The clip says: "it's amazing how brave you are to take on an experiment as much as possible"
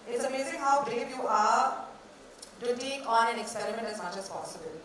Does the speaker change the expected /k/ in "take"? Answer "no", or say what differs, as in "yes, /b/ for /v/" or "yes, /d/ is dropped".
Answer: yes, /k/ is dropped